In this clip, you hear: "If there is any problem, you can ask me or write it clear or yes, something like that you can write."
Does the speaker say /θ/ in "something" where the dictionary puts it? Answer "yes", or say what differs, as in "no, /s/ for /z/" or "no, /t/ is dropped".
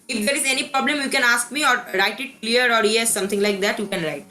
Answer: no, /t/ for /θ/